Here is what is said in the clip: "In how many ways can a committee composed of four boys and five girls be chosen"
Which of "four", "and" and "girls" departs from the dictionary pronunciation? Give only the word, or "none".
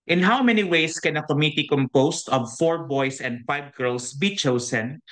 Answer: girls